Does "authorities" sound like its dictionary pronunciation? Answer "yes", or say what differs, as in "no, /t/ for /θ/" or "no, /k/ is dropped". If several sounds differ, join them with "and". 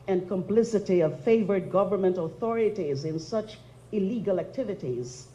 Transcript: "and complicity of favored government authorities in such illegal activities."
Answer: yes